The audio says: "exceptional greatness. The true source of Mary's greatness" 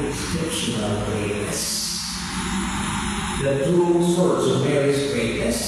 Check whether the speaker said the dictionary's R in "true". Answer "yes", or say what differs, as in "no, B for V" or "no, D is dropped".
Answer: no, R is dropped